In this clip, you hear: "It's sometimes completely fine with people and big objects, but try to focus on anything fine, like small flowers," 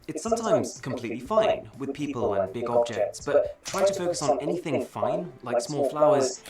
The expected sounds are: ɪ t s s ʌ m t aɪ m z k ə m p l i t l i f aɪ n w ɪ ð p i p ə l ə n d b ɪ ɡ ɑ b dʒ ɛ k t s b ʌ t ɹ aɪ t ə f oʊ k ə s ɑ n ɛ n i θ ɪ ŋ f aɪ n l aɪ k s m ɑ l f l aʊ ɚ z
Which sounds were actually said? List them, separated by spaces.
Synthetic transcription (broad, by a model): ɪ t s s ʌ m t aɪ m z k ə m p l i t l i f aɪ n w ɪ ð p i p ə l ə n b ɪ ɡ ɑ b dʒ ɛ k t s b ʌ t ɹ aɪ t ə f oʊ k ə s n ɛ n i θ ɪ ŋ f aɪ n l aɪ k s m ɑ l f l aʊ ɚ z